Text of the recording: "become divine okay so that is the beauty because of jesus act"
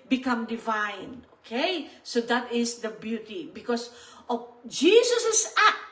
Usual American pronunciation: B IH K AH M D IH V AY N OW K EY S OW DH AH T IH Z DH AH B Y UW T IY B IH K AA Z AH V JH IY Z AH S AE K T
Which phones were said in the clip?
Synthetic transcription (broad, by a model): B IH K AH M D IH V AY N OW K EY S OW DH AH T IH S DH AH B Y UW T IY B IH K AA S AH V JH IY S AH S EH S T